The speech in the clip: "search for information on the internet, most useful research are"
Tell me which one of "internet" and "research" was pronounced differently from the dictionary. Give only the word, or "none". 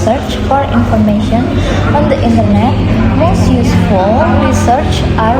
none